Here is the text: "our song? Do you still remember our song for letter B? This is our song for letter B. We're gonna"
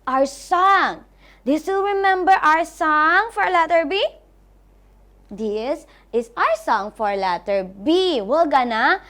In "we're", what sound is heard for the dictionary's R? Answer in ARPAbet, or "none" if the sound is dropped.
L